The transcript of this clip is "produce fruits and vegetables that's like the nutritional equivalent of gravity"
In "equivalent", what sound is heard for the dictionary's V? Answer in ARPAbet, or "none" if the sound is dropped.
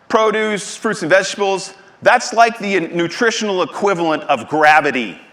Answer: V